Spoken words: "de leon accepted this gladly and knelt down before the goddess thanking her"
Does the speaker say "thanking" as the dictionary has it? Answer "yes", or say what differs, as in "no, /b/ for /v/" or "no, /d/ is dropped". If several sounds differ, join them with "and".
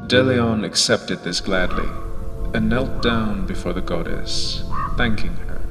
yes